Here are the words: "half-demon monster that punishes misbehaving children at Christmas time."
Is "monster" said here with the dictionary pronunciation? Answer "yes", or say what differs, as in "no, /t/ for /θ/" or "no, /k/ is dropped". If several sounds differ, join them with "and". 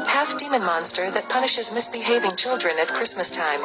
yes